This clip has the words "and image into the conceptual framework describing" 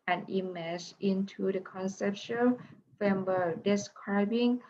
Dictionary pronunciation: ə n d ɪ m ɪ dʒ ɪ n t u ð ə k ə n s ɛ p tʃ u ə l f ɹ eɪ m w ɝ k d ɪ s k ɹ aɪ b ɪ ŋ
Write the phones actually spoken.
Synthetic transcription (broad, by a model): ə n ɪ m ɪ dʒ ɪ n t u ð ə k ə n s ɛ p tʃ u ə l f eɪ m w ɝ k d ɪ s k ɹ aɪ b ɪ ŋ